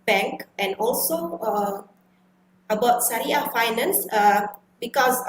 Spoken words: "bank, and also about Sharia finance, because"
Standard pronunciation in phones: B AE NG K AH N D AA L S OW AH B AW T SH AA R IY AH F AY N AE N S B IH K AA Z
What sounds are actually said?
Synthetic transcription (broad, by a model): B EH NG K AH N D AA L S OW AH B AW T S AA R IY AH F AY N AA N S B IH K AA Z